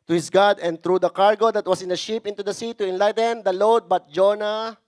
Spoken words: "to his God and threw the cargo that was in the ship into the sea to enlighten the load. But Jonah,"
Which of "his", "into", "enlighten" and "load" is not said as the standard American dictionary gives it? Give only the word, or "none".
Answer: his